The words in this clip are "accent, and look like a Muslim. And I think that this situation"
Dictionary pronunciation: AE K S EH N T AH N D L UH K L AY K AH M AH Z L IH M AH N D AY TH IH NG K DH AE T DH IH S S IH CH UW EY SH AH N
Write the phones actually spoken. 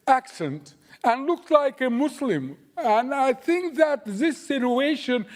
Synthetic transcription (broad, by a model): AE K S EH N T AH N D L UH K L AY K AH M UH S L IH M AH N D AY TH IH NG K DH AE T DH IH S S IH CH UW EY SH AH N